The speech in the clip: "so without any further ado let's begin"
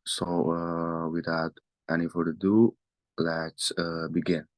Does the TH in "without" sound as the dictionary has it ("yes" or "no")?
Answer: no